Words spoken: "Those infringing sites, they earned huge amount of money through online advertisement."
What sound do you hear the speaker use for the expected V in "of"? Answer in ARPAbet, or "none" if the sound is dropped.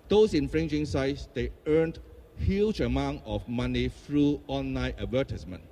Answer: F